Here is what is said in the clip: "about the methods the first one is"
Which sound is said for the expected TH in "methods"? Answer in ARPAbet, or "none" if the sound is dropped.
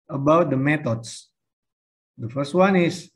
T